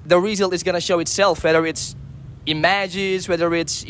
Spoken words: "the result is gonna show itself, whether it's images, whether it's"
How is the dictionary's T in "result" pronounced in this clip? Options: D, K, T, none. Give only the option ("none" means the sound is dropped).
none